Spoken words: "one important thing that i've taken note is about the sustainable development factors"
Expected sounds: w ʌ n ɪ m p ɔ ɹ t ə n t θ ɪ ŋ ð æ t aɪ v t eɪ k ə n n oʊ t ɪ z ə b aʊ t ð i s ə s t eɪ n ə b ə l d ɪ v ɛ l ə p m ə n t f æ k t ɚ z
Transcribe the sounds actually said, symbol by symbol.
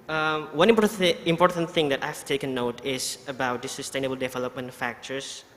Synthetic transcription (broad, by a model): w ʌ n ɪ m p ɔ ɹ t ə n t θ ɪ ŋ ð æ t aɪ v t eɪ k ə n n oʊ t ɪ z ə b aʊ t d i s ə s t eɪ n ə b ə l d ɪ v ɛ l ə p m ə n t f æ k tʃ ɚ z